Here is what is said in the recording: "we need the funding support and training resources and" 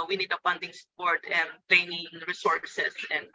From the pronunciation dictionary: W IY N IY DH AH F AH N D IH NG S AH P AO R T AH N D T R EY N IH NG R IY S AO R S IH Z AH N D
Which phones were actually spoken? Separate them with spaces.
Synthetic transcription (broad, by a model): W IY N IY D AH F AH N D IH NG S P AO R T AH N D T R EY N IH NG R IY S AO R S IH S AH N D